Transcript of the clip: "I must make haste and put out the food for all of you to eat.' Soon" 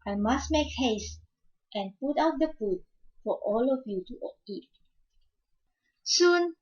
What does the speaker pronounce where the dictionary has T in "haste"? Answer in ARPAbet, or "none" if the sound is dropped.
T